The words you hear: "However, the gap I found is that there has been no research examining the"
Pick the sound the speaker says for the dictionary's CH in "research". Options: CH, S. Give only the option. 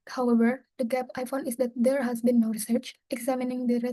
CH